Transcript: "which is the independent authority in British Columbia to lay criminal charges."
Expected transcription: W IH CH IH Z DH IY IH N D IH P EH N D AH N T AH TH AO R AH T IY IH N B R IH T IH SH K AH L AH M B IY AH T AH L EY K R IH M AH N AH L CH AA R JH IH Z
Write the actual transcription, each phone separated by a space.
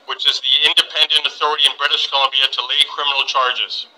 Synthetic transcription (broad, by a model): W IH CH IH Z DH IY IH N D IH P EH N D AH N T AH TH AO R AH T IY IH N B R IH T IH SH K AH L AH M B IY AH T AH L EY K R IH M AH N L CH AA R JH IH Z